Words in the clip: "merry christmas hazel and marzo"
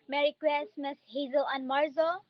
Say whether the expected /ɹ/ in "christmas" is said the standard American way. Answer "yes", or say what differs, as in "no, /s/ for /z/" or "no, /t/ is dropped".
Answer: no, /w/ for /ɹ/